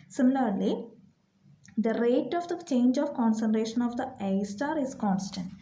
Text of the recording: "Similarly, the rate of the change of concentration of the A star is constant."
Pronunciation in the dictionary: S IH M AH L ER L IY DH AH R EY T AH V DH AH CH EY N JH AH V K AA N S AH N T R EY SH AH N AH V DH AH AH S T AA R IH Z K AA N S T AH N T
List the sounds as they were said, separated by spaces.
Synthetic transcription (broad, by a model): S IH M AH L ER L IY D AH R EY T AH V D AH CH EY N JH AH V K AA N S AH N T R EY SH AH N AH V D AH AH S T AA R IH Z K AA N S T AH N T